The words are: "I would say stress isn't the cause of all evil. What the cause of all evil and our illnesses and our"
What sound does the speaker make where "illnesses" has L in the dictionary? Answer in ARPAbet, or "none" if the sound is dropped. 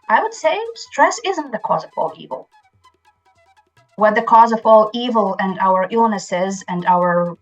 L